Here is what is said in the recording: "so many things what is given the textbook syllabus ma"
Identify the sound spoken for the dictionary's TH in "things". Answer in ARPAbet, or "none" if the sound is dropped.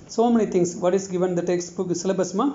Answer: T